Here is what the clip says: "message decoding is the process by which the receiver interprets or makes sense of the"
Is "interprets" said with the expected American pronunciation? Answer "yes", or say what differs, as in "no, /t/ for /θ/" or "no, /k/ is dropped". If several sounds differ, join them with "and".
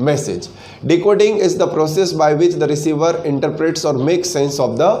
yes